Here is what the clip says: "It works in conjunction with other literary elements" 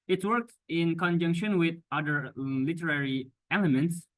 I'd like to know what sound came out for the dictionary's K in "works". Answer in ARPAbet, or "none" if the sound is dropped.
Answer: K